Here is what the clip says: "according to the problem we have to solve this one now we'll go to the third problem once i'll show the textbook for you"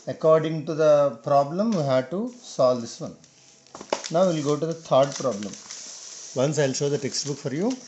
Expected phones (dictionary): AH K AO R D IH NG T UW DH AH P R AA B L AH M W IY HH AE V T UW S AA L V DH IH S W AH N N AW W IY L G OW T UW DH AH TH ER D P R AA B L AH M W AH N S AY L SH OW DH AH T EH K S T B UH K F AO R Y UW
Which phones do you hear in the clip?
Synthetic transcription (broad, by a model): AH K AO R D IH NG T UW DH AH P R AA B L AH M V IY HH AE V T UW S AA L V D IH S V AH N N AW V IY L G OW T UW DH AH T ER D P R AA B L AH M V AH N S AY L SH OW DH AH T EH K S T B UH K F AO R Y UW